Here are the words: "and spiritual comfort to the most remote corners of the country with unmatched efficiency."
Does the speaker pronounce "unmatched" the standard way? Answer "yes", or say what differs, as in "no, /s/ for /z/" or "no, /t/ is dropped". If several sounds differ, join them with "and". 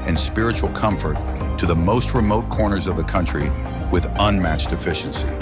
yes